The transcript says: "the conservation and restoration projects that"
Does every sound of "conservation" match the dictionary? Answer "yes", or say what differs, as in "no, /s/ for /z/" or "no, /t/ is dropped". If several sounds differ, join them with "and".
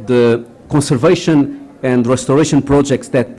yes